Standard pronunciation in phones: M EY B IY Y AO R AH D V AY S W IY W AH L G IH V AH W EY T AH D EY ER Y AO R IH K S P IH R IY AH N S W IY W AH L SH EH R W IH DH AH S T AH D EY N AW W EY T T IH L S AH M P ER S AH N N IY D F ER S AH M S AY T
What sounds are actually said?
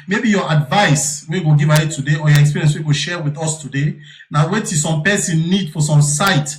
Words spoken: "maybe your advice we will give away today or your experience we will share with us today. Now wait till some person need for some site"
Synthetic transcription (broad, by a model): M EY B IY Y AO AH D V AY S W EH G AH G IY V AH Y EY T AH D EY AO Y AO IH K S P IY R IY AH S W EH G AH SH EH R W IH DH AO S T AH D EY N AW W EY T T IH S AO M P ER S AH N N IY D F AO S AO M S AY T